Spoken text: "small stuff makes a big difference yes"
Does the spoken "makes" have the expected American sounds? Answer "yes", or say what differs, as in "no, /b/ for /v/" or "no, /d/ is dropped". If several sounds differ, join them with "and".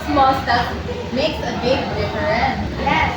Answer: yes